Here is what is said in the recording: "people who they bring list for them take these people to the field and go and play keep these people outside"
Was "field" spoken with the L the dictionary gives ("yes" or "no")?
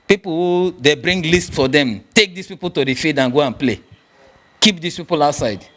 no